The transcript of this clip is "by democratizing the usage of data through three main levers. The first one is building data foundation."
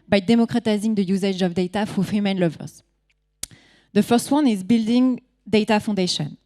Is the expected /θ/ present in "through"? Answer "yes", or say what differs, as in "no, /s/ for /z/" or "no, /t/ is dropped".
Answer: no, /f/ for /θ/